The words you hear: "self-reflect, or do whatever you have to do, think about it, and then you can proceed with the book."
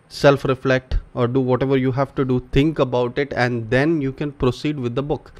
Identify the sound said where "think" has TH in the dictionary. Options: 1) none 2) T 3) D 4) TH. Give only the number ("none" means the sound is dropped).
2